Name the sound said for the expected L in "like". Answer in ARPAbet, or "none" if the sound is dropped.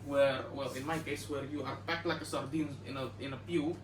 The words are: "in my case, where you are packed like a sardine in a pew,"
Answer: L